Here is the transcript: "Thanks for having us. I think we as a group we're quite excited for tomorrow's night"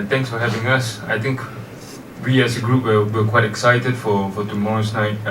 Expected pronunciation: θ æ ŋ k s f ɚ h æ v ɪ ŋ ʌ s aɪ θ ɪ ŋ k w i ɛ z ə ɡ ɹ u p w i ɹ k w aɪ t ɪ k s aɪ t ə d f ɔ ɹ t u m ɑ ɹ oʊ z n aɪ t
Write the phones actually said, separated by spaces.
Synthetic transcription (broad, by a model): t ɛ ŋ k s f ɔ h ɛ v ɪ ŋ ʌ s aɪ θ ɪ ŋ k w i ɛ s ə ɡ ɹ u p w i w k w aɪ t ɪ k s aɪ t ə d f ɔ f t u m ɑ ɹ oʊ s n aɪ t